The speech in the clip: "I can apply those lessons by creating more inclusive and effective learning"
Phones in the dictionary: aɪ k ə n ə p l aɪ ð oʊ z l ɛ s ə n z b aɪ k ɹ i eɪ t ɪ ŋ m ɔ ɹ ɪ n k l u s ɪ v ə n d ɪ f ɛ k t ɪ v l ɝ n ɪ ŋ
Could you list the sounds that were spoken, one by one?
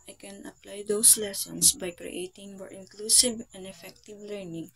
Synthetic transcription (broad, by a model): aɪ k ə n ə p l aɪ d oʊ s l ɛ s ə n s b aɪ k ɹ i eɪ t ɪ ŋ m ɔ ɹ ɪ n k l u s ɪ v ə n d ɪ f ɛ k t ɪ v l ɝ n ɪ ŋ